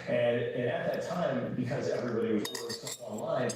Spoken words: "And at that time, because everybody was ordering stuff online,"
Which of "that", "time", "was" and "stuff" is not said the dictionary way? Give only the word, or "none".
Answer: stuff